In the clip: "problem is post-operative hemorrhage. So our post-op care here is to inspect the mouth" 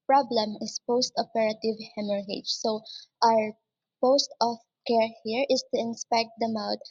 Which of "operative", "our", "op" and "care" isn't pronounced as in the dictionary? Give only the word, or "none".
op